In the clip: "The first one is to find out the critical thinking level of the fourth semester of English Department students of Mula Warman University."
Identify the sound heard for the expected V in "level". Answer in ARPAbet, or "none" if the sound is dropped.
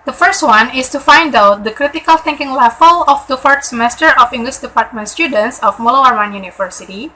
F